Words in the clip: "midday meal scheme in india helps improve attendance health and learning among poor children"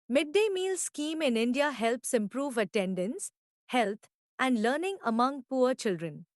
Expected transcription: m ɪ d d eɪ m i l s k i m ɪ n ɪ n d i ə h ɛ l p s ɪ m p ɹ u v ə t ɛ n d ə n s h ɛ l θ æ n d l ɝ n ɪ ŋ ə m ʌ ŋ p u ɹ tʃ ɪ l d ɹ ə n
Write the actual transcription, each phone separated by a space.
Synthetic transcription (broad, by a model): m ɪ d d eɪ m i l s k i m ɪ n ɪ n d i ə h ɛ l p s ɪ m p ɹ u v ə t ɛ n d ə n s h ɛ l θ æ n d l ɝ n ɪ ŋ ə m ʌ ŋ p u ɹ tʃ ɪ l d ɹ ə n